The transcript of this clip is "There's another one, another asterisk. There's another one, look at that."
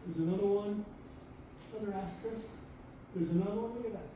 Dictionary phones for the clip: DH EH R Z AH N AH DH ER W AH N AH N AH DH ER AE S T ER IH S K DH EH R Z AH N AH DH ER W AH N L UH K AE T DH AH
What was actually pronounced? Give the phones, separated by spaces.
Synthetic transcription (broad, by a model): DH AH R Z AH N AH DH ER W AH AH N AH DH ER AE S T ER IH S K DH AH R Z AH N AH DH ER W AH N W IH AH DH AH